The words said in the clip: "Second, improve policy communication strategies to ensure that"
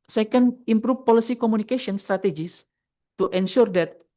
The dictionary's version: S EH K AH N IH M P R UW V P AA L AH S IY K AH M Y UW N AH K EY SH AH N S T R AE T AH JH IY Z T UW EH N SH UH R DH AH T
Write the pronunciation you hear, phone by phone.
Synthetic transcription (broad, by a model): S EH K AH N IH M P R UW F P AA L AH S IY K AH M UW N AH K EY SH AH N S T R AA T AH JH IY S T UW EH N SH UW R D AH T